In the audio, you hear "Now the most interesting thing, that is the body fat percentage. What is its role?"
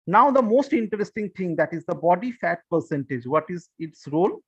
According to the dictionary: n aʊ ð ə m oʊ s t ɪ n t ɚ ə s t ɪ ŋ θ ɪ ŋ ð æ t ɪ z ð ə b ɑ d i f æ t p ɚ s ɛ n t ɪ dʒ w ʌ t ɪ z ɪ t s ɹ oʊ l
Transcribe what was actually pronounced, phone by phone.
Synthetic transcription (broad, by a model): n aʊ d ə m oʊ s t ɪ n t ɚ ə s t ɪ ŋ t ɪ ŋ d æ t ɪ z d ə b ɑ d i f æ t p ɚ s ɛ n t ɪ dʒ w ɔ t ɪ z ɪ t s ɹ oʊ l